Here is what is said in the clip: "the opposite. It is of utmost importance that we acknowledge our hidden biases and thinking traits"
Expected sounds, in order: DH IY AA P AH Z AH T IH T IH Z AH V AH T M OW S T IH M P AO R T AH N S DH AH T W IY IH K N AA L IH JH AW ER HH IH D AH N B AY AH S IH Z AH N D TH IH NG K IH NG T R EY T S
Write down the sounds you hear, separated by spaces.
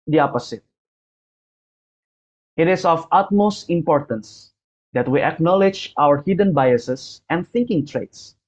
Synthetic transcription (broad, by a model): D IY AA P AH S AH T IH T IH S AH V AH T M OW S T IH M P AO R T AH N S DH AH T W IY IH K N AA L IH JH AW ER HH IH D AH N B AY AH S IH S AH N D TH IH NG K IH NG T R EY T S